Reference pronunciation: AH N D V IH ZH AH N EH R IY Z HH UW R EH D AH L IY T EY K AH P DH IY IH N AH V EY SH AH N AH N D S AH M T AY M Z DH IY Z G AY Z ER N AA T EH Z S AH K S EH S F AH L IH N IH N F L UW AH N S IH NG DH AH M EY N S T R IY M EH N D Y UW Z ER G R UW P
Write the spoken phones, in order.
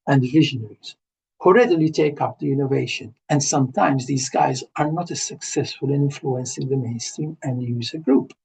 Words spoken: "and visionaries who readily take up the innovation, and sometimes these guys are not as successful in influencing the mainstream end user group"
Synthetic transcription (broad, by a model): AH N D V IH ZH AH N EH R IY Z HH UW R EH D AH L IY T EY K AH P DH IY IH N AH V EY SH AH N AH N D S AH M T AY M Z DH IY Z G AY Z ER N AA T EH S AH K S EH S F AH L IH N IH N F L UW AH N S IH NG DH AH M EY N S T R IY M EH N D Y UW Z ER G R UW P